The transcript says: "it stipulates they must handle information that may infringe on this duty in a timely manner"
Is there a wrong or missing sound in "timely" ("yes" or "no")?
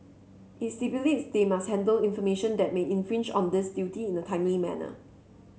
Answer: yes